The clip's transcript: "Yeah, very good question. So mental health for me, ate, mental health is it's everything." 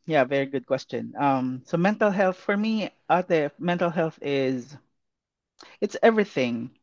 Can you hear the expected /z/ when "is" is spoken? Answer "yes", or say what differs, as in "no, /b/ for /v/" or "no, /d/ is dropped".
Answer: yes